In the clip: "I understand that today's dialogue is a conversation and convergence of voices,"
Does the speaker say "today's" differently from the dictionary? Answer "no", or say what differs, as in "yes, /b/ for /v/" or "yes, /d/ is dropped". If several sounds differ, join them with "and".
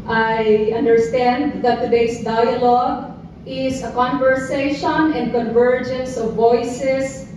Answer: yes, /s/ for /z/